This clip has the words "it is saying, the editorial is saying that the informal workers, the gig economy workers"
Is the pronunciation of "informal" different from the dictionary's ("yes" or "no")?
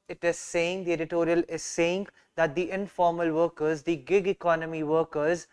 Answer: no